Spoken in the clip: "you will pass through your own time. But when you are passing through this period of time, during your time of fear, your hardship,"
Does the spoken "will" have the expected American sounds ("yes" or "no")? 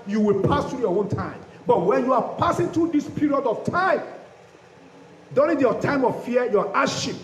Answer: yes